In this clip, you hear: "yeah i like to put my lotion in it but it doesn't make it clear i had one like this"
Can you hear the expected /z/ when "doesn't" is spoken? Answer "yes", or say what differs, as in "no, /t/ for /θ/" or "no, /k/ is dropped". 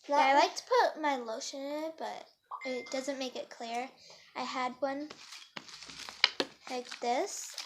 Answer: yes